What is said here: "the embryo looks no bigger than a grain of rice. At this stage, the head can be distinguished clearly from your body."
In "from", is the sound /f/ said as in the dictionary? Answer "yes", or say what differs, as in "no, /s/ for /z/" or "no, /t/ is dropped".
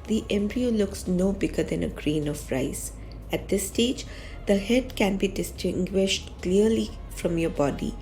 yes